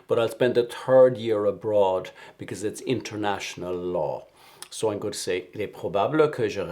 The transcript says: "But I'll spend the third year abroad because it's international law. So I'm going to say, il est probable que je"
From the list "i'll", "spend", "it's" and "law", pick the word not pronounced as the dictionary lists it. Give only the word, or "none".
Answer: none